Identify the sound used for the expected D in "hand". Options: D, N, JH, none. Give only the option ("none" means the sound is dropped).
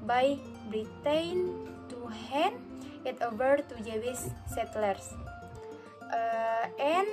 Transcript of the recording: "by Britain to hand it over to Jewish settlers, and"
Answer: none